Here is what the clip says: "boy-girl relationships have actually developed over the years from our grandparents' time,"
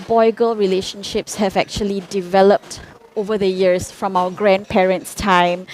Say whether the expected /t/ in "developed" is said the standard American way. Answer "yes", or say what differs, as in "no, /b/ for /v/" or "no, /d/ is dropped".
yes